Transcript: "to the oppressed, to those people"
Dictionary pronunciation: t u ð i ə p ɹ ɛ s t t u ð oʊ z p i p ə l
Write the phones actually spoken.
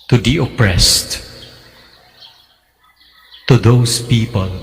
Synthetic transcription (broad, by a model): t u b i ə p ɹ ɛ s t t u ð oʊ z p i p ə l